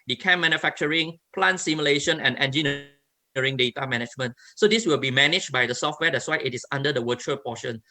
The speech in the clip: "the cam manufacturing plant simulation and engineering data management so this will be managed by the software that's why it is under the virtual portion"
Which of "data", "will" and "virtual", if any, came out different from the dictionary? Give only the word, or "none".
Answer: virtual